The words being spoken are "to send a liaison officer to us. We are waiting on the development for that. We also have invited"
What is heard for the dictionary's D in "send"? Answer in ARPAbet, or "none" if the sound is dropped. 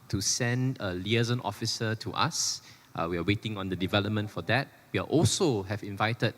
D